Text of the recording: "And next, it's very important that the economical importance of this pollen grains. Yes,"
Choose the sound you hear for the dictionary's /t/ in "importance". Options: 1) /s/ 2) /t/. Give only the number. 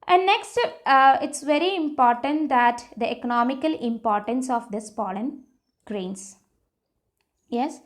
2